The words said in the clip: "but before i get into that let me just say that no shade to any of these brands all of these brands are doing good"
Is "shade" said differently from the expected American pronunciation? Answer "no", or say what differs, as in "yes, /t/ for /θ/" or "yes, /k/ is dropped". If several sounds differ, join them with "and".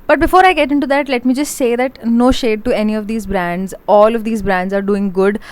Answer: no